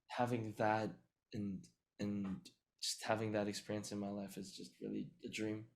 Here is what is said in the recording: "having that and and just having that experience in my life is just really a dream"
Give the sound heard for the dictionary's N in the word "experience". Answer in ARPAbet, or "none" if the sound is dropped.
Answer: N